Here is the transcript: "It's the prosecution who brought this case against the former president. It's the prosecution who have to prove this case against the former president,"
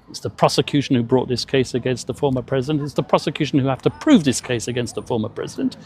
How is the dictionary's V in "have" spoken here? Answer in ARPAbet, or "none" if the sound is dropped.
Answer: F